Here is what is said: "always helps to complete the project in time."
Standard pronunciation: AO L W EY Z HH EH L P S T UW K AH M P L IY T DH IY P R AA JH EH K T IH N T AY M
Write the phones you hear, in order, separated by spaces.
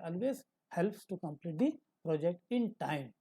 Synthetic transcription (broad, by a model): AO L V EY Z HH EH L P S T UW K AH M P L IY T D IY P R AA JH EH K T IH N T AY M